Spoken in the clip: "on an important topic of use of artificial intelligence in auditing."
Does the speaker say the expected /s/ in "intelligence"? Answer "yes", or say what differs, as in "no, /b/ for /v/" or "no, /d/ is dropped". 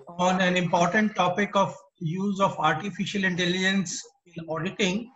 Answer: yes